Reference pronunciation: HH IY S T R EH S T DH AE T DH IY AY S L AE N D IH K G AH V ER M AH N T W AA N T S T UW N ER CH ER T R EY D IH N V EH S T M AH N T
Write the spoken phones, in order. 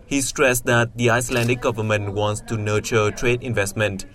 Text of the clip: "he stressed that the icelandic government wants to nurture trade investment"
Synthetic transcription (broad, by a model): HH IY S T R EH S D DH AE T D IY AY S L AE N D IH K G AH V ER M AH N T W AA N T S T UW N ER CH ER T R EY D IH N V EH S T M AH N T